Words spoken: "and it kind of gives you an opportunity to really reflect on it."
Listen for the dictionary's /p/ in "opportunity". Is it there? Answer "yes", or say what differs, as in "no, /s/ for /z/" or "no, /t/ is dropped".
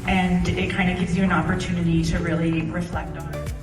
yes